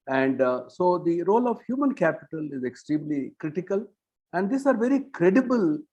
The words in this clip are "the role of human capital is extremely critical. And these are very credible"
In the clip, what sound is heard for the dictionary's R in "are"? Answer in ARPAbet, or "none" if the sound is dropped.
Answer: R